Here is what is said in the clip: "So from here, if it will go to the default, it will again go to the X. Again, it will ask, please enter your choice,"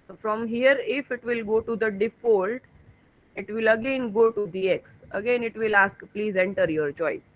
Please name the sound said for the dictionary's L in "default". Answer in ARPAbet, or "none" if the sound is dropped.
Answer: L